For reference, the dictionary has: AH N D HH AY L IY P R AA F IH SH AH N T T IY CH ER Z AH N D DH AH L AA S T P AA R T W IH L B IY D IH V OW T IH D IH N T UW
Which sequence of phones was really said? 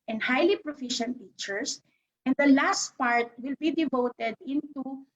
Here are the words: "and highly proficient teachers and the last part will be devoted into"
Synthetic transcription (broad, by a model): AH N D HH AY L IY P R AA F IH SH AH N T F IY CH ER S AH N D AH L AA S T P AA R T W IH L B IY D IH V OW T IH D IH N T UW